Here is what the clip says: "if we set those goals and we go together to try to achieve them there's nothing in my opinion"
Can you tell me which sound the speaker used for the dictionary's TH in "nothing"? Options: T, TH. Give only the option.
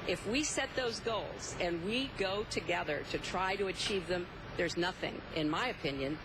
TH